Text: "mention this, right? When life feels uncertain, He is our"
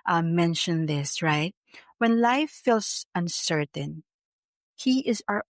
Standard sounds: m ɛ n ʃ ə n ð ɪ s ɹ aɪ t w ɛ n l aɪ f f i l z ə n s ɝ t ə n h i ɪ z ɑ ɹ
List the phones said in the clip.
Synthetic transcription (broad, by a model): m ɛ n ʃ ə n ð ɪ s ɹ aɪ t w ɛ n l aɪ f f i l s ə n s ɝ t ə n h i ɪ z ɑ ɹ